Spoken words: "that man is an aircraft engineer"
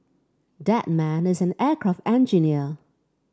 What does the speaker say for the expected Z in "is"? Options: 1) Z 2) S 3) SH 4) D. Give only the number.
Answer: 1